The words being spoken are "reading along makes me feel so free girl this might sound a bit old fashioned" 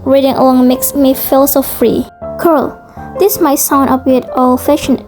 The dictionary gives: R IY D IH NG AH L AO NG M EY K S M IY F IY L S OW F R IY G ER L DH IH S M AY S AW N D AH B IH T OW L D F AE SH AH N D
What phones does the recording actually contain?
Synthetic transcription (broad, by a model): R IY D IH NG AH L AO NG M EY K S M IY F IY L S OW F R IY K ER L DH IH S M AY S AW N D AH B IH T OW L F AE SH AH N